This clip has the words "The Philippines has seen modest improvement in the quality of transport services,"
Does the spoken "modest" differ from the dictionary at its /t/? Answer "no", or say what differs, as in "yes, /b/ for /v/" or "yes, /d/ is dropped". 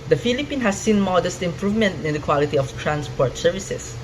no